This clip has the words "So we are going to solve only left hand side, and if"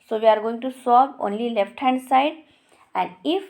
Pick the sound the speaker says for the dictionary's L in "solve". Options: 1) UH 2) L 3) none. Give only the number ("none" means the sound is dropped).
3